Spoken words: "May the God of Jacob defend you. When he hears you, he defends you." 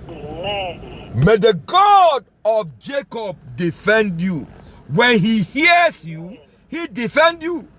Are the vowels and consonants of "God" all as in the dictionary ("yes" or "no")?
yes